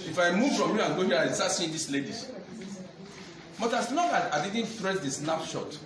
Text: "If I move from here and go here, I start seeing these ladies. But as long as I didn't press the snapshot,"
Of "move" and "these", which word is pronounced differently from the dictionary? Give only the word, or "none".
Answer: these